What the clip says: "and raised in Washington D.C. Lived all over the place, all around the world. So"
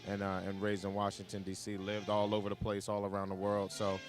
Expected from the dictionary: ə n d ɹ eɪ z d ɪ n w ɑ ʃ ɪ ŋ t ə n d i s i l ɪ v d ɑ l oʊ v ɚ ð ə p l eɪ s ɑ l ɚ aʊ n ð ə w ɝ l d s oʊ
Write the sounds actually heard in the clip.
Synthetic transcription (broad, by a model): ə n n ɹ eɪ z ɪ n w ɑ ʃ ɪ ŋ t ə n d i s i l ɪ v d ɑ l oʊ v ɚ ð ə p l eɪ s ɑ l ɚ aʊ n ð ə w ɝ l d s oʊ